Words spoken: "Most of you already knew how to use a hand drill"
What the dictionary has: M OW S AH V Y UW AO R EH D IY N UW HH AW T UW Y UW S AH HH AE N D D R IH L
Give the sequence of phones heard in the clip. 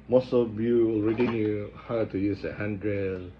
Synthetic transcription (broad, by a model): M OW S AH B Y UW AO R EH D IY N UW HH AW T UW Y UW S AH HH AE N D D R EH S